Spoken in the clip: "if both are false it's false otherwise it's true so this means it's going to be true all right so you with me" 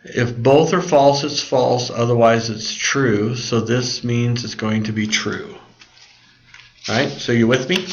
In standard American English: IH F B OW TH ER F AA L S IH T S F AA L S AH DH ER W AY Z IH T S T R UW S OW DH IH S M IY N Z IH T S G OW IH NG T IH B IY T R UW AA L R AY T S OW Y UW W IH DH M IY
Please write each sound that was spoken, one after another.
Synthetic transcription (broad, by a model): IH F B OW TH ER F AA L S IH T S F AA L S AH DH ER W AY Z IH T S T R UW S OW DH IH S M IY N Z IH T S G OW IH NG T IH B IY T R UW R AY T S OW Y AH W IH DH M IY